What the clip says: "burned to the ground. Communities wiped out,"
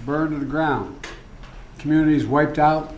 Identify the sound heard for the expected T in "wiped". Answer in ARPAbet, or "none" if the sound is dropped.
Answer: T